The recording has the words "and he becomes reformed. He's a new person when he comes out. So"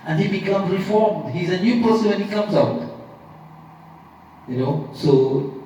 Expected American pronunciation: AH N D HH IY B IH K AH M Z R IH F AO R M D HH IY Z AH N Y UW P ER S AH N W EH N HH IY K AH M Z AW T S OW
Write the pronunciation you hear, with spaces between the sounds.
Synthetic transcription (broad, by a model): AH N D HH IY B IH K AH M Z R IH F AO R M D HH IY Z AH N Y UW P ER S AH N W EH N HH IY K AH M Z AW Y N OW